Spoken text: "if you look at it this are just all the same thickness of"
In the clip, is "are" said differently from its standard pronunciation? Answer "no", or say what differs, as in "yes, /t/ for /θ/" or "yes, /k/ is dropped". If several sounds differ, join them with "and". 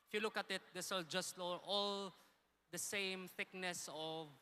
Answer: yes, /l/ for /ɹ/